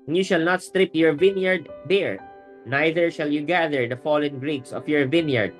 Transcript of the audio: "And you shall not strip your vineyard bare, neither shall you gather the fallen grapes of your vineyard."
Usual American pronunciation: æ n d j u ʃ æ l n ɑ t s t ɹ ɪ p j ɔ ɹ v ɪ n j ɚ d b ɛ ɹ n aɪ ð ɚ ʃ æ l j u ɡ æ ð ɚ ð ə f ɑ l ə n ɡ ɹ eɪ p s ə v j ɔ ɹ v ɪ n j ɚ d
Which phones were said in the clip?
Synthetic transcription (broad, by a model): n j u ʃ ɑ l n ɑ t s t ɹ ɪ p j ɔ ɹ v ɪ n j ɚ d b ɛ ɹ n aɪ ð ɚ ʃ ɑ l j u ɡ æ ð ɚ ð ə f ɑ l ə n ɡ ɹ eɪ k s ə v j ɔ ɹ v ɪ n j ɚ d